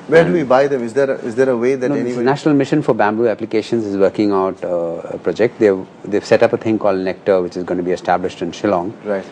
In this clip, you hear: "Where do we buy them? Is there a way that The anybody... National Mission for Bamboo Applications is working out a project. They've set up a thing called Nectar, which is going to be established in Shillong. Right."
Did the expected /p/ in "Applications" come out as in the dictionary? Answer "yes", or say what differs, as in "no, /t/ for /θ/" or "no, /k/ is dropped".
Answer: yes